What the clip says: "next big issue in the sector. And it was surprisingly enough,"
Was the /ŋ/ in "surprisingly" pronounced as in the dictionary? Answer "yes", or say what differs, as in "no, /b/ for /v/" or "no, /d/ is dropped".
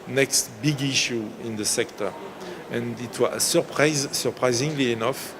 yes